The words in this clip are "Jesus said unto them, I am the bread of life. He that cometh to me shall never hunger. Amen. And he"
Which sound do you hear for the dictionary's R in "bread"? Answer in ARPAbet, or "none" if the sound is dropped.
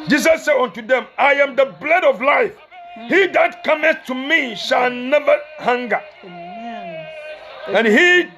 L